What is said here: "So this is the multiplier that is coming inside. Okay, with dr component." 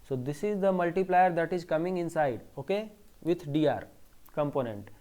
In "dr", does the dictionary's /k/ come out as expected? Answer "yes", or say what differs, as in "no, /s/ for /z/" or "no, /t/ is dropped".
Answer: no, /k/ is dropped